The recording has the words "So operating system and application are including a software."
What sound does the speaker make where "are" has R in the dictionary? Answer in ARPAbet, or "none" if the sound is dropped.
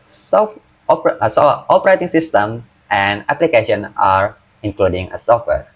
R